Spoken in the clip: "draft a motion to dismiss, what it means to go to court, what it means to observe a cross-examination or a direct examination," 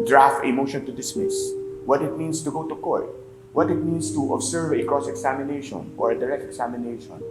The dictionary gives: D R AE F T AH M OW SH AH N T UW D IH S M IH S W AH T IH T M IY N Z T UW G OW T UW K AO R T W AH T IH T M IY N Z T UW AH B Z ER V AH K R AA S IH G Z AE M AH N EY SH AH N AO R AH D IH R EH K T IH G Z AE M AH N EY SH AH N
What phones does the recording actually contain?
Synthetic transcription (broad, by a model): D R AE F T AH M OW SH AH N T UW D IH S M IH S W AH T IH T M IY N S T UW G OW T UW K AO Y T W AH T IH T M IY N S T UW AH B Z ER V AH K R AA S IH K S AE M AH N EY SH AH N AO R AH D IH R EH K T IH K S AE M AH N EY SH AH N